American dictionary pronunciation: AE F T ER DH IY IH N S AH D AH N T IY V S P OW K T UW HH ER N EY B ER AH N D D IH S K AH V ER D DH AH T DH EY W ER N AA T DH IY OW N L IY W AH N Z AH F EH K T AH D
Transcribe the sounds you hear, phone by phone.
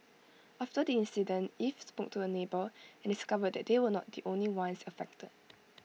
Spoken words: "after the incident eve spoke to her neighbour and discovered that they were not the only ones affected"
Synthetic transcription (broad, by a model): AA F T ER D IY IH N S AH D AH N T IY F S P OW K T UW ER N EY B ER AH N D D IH S K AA V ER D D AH T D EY W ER N AA T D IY OW N L IY W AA N S AH F EH K T AH D